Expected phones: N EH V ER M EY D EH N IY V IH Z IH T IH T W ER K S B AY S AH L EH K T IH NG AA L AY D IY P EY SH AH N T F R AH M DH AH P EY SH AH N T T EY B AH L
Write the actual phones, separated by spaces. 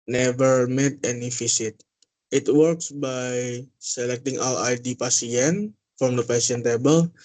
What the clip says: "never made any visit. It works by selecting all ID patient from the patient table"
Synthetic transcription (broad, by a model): N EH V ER M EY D EH N IY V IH S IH T IH T W ER K S B AY S AH L EH K T IH NG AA L AY D IY P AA S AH N F R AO M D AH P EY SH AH N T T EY B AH L